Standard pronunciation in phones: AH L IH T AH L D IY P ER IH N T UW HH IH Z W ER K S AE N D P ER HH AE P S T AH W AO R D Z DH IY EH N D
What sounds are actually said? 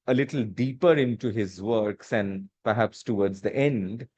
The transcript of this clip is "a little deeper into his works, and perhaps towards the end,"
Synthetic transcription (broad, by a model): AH L IH T L D IY P ER IH N T UW HH IH Z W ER K S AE N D P ER HH AE P S T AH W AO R D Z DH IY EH N D